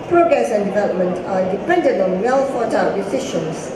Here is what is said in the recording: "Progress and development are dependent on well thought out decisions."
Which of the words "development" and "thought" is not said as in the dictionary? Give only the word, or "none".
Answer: thought